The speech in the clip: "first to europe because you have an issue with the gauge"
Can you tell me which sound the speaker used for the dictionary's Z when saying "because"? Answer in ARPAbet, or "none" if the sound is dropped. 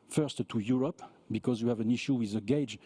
Z